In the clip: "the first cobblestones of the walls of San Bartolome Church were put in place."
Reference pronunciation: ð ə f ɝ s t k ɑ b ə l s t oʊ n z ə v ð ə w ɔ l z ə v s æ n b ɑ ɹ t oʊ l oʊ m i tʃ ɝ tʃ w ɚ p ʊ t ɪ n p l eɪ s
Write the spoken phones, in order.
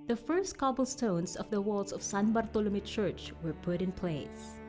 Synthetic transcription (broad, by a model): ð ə f ɝ s t k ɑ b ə l s t oʊ n s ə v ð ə w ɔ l s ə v s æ n b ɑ ɹ t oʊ l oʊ m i tʃ ɝ tʃ w ɚ p ʊ t ɪ n p l eɪ s